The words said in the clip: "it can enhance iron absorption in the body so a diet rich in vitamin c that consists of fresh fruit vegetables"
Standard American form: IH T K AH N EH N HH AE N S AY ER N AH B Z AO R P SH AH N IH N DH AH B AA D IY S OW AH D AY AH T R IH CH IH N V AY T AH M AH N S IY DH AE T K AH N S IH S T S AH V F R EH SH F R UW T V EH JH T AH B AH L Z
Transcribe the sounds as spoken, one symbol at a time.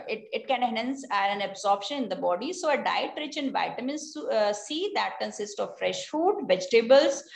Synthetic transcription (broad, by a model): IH T K AH N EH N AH N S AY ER N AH B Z AO R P SH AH N IH N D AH B AA D IY S OW AH D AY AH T R IH CH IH N V AY T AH M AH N S IY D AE T K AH N S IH S T AH V F R EH SH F UW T V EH JH T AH B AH L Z